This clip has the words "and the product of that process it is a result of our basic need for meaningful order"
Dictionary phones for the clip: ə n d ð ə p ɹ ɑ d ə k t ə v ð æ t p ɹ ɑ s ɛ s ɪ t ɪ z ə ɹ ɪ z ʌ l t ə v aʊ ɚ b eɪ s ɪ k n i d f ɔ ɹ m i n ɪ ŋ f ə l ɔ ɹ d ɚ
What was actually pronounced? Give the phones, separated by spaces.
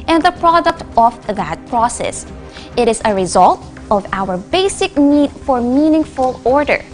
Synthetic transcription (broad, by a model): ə n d ð ə p ɹ ɑ d ə k t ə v ð æ t p ɹ ɑ s ɛ s ɪ t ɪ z ə ɹ ɪ z ʌ l t ə v aʊ ɚ b eɪ s ɪ k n i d f ɔ ɹ m i n ɪ ŋ f ə l ɔ ɹ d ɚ